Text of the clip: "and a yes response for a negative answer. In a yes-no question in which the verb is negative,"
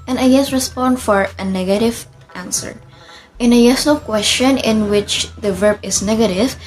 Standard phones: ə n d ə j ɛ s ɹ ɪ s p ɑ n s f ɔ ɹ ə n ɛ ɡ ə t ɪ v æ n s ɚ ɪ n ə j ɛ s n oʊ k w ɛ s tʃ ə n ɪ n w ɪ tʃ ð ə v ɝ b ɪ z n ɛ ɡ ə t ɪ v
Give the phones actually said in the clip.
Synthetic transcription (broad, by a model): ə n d ə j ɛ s ɹ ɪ s p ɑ n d f ɔ ɹ ə n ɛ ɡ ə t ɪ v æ n s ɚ ɪ n ə j ɛ s n oʊ k w ɛ s tʃ ə n ɪ n w ɪ tʃ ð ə v ɝ b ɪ s n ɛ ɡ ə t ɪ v